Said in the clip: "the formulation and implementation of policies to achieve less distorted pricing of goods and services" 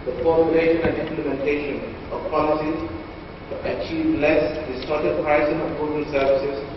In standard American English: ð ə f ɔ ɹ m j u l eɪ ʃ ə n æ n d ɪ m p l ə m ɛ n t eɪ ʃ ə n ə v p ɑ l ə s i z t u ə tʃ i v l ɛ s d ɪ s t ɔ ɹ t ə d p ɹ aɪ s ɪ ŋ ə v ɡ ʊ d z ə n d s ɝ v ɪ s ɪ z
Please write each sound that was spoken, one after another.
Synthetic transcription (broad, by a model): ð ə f ɔ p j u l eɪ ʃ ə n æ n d ɪ m p l ə m ɛ n t eɪ ʃ ə n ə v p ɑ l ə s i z t u ə tʃ i v l ɛ s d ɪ s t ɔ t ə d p ɹ aɪ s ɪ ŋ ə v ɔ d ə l s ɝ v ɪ s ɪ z